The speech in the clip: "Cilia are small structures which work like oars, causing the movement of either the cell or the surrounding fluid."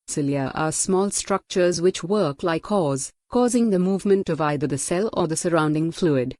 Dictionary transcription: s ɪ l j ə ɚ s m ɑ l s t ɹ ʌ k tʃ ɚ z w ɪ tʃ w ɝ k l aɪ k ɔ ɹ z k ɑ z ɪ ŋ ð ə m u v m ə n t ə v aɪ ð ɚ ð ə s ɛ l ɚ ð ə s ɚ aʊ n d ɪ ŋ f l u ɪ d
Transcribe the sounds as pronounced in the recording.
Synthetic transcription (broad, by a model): s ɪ l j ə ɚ s m ɑ l s t ɹ ʌ k tʃ ɚ z w ɪ tʃ w ɝ k l aɪ k ɔ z k ɑ z ɪ ŋ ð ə m u v m ə n t ə v aɪ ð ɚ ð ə s ɛ l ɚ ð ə s ɚ aʊ n d ɪ ŋ f l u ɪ d